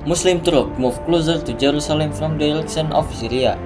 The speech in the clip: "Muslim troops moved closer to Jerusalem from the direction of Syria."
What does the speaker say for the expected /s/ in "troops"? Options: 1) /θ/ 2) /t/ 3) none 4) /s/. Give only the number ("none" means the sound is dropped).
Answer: 3